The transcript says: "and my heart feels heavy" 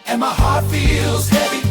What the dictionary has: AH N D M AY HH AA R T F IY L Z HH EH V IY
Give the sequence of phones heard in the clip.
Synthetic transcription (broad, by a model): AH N M AY HH AA R T F IY L Z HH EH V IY